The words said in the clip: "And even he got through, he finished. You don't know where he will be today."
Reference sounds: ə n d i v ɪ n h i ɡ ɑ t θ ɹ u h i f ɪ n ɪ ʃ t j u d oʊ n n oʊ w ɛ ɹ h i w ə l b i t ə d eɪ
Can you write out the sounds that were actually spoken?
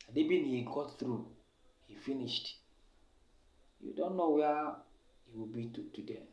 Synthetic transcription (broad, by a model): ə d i b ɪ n h i ɡ ɑ t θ ɹ u h i f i n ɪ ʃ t j u d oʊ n n oʊ w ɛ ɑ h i w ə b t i t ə d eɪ